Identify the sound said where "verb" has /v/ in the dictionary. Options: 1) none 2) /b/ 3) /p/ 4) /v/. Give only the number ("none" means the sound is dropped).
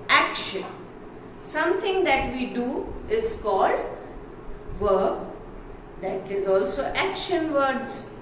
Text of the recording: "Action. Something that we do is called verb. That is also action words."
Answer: 4